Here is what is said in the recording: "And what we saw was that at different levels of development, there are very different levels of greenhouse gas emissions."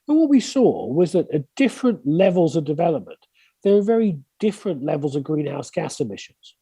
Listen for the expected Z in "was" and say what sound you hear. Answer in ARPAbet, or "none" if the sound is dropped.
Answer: Z